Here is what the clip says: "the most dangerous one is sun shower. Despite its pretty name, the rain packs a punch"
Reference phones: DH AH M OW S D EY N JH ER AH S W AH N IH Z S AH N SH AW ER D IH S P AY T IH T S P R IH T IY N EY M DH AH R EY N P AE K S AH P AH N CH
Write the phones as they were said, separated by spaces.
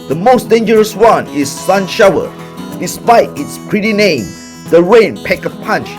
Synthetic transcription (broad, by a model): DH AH M OW S D EY N JH ER AH S W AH N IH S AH N SH AW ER D IH S P AY T IH T S P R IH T IY N EY M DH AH R EY N P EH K AH P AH N CH